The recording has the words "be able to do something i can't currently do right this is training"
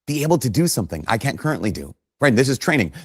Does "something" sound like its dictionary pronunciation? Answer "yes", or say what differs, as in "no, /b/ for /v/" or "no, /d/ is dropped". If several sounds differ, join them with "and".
yes